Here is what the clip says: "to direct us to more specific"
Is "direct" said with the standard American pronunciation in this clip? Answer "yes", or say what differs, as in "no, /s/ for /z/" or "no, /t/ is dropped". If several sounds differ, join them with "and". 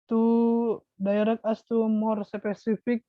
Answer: no, /t/ is dropped